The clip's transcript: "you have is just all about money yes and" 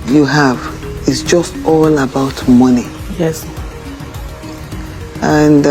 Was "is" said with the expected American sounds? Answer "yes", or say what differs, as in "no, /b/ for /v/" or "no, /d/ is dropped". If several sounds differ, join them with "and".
no, /s/ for /z/